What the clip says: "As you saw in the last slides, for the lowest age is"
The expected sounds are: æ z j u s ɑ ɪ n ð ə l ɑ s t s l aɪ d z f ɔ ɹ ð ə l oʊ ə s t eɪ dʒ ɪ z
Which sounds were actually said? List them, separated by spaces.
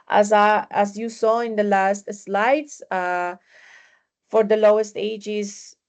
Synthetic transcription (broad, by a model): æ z j u s ɑ ɪ n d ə l ɑ s t s l aɪ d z f ɔ ɹ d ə l oʊ ə s t eɪ dʒ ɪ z